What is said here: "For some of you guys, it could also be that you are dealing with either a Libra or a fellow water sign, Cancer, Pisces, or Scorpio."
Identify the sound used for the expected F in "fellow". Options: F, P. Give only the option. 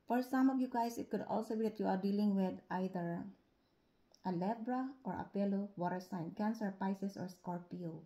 P